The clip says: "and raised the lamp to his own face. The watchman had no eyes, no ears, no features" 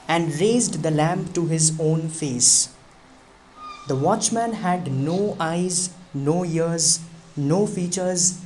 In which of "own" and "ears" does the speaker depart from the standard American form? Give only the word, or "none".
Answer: none